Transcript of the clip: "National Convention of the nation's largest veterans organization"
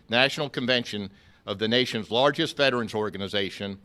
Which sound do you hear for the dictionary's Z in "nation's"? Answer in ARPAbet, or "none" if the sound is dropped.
Z